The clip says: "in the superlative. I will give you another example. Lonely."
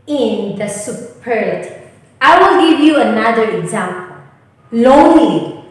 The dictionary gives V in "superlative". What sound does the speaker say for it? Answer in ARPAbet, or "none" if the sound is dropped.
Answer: none